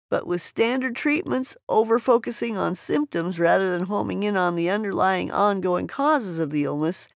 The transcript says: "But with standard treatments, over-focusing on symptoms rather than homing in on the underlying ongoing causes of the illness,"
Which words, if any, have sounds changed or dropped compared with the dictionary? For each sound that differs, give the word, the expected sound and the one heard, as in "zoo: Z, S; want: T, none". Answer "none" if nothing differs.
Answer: none